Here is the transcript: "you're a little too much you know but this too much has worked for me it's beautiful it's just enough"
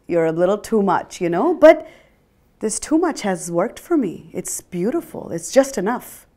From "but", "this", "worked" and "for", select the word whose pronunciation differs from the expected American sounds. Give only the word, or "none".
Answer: none